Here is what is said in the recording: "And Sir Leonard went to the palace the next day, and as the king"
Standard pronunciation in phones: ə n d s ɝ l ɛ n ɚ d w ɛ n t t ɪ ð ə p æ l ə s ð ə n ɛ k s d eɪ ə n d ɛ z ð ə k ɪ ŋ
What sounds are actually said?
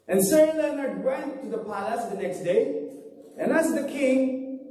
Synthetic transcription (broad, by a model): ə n s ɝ l ɛ n ɚ d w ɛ n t t ɪ ð ə p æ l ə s ð ə n ɛ k s d eɪ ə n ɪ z ð ə k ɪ ŋ